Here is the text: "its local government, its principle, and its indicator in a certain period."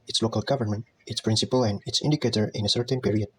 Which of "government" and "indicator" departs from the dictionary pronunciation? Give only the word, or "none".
none